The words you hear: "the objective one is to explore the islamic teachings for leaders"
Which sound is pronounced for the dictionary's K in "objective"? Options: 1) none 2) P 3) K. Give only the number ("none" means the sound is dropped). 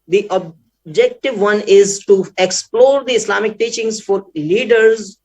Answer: 3